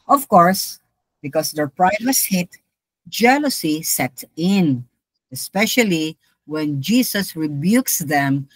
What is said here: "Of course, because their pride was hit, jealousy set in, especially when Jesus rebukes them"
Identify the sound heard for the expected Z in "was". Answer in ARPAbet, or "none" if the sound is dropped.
S